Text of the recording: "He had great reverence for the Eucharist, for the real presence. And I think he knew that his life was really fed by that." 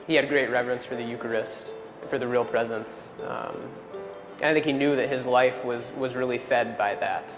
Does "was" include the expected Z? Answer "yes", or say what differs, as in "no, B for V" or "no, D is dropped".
yes